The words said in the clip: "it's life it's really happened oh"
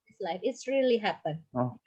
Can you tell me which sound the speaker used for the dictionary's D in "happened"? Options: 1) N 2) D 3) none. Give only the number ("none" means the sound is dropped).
3